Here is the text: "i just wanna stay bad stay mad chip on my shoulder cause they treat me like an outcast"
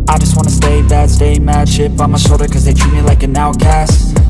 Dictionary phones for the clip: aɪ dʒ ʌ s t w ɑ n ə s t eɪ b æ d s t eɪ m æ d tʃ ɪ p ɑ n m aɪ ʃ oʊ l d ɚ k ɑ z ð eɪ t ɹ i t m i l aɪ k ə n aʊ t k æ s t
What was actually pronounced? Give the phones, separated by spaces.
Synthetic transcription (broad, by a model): aɪ dʒ ʌ s t w ɑ n ə s t eɪ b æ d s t eɪ m æ d ʃ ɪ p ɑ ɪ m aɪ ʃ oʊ d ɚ k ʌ z ð eɪ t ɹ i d m i l aɪ k ə n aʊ k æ s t